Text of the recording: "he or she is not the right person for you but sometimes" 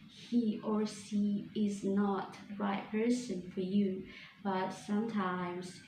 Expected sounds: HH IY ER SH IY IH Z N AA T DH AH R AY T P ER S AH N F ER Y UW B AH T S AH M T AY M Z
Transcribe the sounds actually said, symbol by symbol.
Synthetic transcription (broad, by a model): HH IY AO S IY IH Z N AA T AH R AY T P ER S AH N F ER Y UW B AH T S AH M T AY M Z